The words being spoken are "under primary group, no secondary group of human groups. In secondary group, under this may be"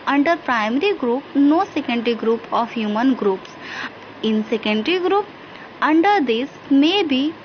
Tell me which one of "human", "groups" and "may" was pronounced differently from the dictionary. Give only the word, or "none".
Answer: none